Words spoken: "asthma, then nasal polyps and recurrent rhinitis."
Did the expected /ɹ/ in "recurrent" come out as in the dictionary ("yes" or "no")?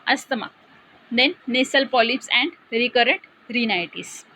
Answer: yes